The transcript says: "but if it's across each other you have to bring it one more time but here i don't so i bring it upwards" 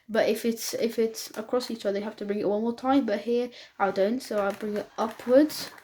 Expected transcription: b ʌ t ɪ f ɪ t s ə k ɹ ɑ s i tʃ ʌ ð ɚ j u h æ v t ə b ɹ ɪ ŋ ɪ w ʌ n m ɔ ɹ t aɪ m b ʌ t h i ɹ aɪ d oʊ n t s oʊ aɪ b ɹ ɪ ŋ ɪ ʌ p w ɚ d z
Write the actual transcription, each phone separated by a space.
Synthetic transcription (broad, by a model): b ʌ t ɪ f ɪ t s ə k ɹ ɑ s i tʃ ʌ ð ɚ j h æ f t ə b ɹ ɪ ŋ ɪ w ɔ l m ɔ ɹ t aɪ m b ʌ t h i ɹ aɪ d oʊ n t s oʊ aɪ b ɹ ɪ ŋ ɪ ʌ p w ɚ d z